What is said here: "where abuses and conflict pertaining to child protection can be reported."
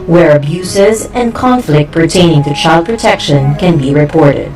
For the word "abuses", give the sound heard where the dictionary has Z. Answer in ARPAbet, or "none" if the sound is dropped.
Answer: Z